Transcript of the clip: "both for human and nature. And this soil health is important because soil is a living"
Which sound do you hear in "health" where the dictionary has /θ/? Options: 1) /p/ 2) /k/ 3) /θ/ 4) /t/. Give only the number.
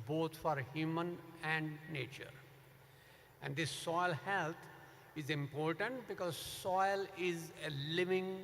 4